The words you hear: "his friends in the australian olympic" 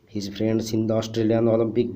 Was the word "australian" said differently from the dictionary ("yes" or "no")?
no